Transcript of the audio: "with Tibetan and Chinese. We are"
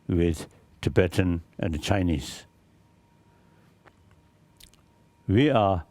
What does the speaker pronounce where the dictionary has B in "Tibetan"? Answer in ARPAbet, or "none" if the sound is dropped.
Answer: B